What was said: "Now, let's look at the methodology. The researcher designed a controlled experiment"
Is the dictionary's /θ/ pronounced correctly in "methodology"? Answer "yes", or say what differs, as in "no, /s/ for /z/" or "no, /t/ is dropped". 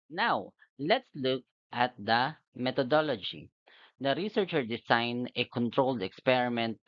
no, /t/ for /θ/